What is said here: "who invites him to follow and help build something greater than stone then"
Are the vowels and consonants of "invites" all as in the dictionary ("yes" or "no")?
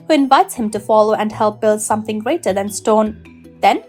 yes